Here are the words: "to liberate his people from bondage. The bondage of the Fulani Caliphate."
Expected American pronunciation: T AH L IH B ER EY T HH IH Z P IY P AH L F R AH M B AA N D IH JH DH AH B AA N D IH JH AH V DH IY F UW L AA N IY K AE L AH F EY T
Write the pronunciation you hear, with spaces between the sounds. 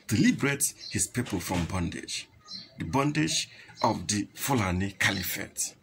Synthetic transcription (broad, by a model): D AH L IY B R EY T HH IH S P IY P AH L F R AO M B AA N D IH JH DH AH B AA N D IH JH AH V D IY F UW L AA N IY K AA L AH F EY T